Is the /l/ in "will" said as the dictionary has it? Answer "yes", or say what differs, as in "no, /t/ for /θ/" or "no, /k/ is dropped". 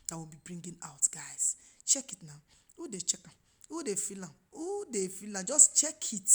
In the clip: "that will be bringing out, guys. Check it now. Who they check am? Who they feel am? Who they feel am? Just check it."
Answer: no, /n/ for /l/